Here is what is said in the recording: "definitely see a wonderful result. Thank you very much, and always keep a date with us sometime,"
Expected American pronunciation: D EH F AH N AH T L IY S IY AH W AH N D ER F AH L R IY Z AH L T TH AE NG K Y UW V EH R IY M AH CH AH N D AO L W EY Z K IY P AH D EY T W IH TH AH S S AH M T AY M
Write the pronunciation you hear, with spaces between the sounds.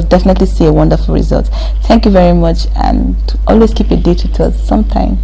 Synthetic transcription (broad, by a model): D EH F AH N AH T L IY S IY AH W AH N D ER F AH L R IY Z AH L T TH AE NG K Y UW V EH R IY M AH CH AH N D AO L W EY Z K IY P AH D EY T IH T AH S S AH M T AY M